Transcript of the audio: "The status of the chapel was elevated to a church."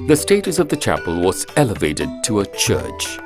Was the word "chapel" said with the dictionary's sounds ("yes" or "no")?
yes